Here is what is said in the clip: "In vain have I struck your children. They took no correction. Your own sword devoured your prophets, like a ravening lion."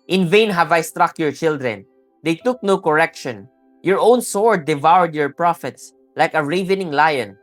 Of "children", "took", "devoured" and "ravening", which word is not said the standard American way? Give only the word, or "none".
none